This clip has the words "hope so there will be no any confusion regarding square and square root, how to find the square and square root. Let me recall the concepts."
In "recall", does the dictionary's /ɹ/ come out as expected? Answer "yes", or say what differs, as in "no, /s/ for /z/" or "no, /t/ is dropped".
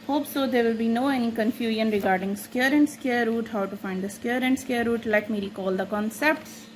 no, /l/ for /ɹ/